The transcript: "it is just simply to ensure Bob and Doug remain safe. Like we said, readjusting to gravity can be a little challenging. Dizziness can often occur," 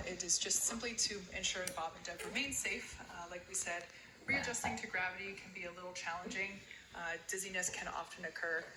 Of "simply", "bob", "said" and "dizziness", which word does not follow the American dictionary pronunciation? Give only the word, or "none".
none